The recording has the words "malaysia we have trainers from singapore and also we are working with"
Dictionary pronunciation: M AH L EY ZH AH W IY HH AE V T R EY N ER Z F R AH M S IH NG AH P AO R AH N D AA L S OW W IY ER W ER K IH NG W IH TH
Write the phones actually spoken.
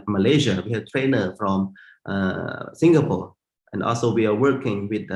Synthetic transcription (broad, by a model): M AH L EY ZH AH W IY HH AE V T R EY N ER F R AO M S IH NG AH P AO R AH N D AA L S OW W IY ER W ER K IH NG W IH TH